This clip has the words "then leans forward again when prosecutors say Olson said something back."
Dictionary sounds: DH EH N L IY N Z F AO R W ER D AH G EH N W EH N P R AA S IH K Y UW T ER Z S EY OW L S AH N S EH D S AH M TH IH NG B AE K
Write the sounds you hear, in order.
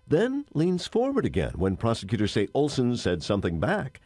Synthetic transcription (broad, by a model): DH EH N L IY N Z F AO R W ER D AH G EH N W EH N P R AA S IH K Y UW T ER S EY OW L S AH N S EH D S AH M TH IH NG B AE K